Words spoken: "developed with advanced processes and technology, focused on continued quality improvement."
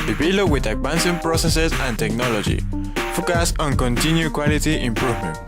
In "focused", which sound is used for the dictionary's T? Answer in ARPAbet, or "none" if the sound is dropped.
none